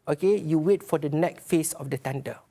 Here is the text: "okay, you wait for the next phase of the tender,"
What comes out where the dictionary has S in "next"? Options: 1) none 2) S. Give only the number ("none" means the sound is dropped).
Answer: 1